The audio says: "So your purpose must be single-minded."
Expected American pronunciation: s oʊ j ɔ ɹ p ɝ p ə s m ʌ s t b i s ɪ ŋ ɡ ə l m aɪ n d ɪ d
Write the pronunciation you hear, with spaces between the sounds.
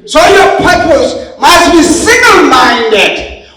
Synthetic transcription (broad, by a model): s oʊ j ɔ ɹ p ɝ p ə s m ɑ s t b i s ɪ ɡ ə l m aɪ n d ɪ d